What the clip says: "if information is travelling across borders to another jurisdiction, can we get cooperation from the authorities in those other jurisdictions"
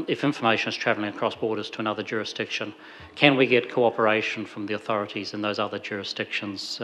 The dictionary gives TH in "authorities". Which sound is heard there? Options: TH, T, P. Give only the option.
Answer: TH